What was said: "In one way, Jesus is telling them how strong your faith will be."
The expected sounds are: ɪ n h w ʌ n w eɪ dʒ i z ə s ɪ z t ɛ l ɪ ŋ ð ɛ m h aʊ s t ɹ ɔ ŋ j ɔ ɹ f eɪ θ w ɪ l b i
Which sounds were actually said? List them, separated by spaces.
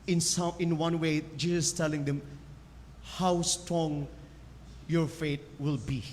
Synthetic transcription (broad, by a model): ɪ n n w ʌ n w eɪ dʒ i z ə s t ɛ l ɪ ŋ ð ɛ m h aʊ s t ɹ ɔ ŋ j ɔ ɹ f eɪ t w ɪ l b i